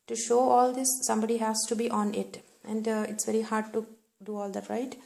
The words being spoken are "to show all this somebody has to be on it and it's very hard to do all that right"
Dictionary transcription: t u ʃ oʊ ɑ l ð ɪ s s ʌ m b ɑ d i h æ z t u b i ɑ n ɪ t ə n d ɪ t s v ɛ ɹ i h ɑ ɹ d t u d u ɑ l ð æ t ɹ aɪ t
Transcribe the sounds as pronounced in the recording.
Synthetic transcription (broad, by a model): t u ʃ oʊ ɑ l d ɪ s s ʌ m b ɑ d i h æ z t u b i ɑ n ɪ t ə n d ɪ t s v ɛ ɹ i h ɑ ɹ d t u d u ɑ l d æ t ɹ aɪ t